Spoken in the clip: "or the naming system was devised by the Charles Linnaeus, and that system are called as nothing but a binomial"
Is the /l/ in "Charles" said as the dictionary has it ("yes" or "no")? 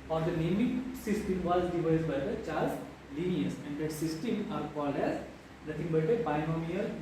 no